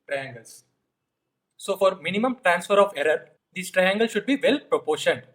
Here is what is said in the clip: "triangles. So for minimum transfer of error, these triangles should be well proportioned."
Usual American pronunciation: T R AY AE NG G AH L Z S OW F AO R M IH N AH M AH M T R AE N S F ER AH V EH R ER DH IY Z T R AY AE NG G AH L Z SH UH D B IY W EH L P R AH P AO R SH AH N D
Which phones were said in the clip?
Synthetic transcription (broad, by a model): T R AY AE NG G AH L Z S OW F AO R M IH N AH M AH M T R AE N S F ER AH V EH R ER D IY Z T R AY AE NG G AH L SH UH D B IY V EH L P R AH P AO R SH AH N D